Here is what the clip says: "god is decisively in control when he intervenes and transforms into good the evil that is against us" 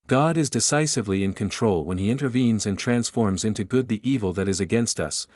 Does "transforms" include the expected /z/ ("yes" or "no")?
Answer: yes